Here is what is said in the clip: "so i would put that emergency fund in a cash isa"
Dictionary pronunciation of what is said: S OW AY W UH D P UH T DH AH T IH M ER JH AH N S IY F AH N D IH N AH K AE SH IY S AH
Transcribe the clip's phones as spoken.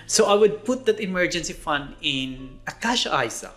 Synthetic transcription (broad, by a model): S OW AY W UH D P UH T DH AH T IH M ER JH AH N S IY F AH N D IH N AH K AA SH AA S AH